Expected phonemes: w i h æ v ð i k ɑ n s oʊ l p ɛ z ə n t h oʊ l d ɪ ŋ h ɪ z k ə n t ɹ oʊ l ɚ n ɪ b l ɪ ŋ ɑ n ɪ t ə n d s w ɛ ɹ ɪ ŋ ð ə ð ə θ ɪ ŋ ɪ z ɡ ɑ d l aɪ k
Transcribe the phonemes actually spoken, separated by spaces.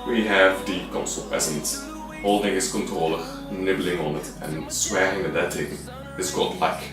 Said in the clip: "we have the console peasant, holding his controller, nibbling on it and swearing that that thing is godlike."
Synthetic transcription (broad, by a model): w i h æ v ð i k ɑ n s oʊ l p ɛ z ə n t h oʊ l d ɪ ŋ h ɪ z k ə n t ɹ oʊ l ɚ n ɪ b l ɪ ŋ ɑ n ɪ t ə n s w ɛ ɹ ɪ ŋ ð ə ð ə t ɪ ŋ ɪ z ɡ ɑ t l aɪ k